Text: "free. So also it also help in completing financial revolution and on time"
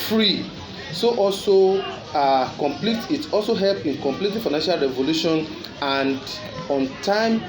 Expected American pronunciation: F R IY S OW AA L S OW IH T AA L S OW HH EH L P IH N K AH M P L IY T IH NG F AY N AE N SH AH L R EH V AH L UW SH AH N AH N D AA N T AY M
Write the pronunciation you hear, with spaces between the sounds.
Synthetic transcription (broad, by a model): F R IY S OW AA L S OW IH T AA L S OW HH EH L P IH N K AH M P L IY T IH F AY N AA N SH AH L R EH V AH L UW SH AH N AH N D AA N T AY M